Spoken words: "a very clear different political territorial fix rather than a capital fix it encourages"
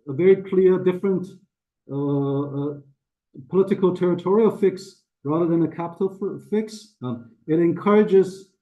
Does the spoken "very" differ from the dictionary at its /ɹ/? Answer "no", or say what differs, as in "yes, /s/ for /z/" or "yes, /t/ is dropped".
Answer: no